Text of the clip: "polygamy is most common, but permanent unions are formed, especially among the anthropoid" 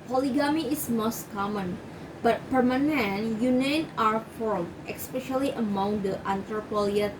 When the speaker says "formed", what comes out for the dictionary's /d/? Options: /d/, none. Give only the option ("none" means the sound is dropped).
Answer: none